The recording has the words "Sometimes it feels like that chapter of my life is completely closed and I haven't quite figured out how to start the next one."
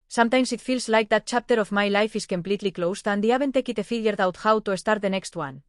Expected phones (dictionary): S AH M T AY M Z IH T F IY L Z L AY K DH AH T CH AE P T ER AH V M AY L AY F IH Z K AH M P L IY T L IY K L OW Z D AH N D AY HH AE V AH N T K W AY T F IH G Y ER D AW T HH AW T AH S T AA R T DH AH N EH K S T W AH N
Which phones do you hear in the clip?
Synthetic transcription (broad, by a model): S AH M T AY M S IH T F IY L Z L AY K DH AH T CH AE P T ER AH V M AY L AY F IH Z K AH M P L IY T L IY K L OW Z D AH N D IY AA B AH N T K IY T F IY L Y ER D AW T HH AW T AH S T AA R T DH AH N EH K S T W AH N